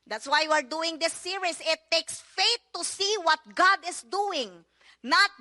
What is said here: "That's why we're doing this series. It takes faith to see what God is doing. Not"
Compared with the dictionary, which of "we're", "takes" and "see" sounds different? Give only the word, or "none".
none